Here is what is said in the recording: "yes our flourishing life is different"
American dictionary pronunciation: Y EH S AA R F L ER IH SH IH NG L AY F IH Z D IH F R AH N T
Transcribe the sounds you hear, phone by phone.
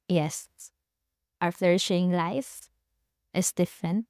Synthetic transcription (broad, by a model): Y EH S AA R F L ER IH SH IH NG L AY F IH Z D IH F R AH N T